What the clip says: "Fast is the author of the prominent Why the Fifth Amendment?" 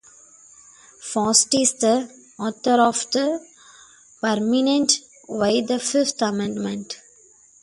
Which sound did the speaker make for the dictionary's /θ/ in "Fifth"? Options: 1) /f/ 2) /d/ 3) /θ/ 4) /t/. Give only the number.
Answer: 4